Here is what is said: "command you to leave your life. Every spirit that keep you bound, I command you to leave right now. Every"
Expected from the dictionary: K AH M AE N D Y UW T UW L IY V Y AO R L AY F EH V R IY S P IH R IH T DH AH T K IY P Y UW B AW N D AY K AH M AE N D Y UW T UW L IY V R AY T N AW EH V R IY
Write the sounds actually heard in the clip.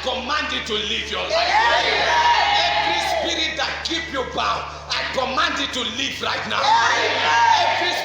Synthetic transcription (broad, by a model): K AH M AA N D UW T UW L IY V Y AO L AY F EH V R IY S P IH R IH T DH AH T K IY P Y UW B AW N AY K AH M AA N D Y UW T UW L IY V R AY T N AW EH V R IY